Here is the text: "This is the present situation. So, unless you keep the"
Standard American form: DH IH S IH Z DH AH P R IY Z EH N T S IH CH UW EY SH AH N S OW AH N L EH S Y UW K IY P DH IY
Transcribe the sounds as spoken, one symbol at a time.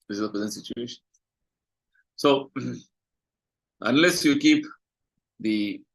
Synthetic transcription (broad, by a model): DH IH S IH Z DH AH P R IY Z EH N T S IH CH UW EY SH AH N S OW AH N L EH S Y UW K IY P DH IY